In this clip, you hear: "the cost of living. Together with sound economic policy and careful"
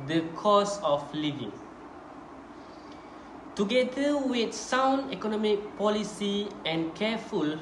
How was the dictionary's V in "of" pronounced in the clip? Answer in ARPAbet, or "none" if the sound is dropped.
F